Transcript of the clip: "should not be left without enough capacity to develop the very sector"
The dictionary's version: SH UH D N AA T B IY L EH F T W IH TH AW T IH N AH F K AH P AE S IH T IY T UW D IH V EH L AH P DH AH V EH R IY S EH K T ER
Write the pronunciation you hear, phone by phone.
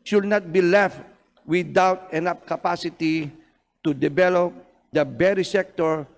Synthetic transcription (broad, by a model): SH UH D N AA T B IY L EH F T W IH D AW T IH N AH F K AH P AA S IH T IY T UW D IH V EH L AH P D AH B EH R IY S EH K T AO